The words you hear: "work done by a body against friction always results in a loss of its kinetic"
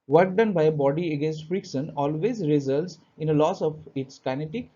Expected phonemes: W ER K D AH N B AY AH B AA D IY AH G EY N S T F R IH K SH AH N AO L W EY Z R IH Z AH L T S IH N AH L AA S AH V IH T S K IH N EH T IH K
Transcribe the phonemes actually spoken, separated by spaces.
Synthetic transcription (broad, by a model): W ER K D AH N B AY AH B AA D IY AH G EY N S T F R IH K S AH N AO L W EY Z R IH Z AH L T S IH N AH L AA S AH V IH T S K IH N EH T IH K